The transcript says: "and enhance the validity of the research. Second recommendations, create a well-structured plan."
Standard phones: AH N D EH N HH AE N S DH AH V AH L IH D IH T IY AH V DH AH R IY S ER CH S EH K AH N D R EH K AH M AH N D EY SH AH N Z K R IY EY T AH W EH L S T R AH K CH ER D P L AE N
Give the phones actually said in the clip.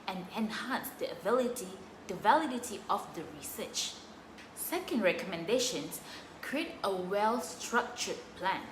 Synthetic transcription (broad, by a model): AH N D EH N HH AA N S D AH V AH L IH D IH T IY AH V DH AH R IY S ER CH S EH K AH N D R EH K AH M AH N D EY SH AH N S K R IY EY T AH W EH L S T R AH K CH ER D P L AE N